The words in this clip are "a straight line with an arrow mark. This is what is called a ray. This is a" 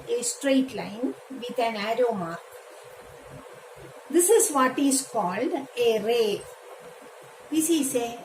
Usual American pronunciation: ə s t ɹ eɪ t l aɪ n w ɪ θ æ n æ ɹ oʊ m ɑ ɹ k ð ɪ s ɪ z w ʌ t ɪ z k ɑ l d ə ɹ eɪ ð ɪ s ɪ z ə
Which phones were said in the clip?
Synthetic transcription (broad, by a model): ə s t ɹ eɪ t l aɪ n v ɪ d æ n æ ɹ oʊ m ɑ ɹ k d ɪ s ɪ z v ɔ t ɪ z k ɑ l d ə ɹ eɪ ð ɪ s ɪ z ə